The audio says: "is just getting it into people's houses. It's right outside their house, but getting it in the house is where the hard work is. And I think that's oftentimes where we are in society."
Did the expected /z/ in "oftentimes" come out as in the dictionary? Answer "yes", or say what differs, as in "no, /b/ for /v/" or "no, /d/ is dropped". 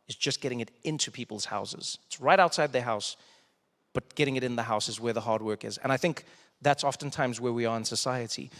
yes